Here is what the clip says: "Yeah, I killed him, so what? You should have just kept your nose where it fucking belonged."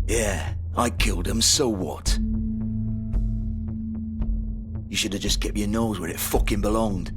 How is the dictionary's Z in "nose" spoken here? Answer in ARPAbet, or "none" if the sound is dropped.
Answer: Z